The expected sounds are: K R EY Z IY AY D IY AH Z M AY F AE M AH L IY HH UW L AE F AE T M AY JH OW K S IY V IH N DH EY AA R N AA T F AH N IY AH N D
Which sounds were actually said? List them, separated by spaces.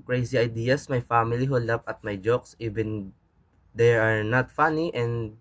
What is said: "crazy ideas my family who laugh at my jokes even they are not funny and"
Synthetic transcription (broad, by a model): K R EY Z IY AY D IY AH S M AY F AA M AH L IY HH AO L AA P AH T M AY JH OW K S IY V IH N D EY AA R N AA T F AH N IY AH N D